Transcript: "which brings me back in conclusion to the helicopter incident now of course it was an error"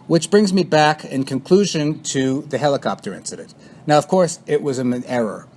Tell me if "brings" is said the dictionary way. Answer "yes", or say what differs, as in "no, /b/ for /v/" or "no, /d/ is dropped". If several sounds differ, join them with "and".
yes